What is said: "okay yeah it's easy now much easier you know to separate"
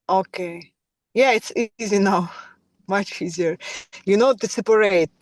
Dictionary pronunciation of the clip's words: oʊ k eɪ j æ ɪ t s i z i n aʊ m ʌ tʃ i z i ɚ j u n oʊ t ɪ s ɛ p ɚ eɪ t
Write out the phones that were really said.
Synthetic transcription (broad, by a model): oʊ k eɪ j æ ɪ t s i z i n aʊ m ʌ tʃ i z i ɚ j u n oʊ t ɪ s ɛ p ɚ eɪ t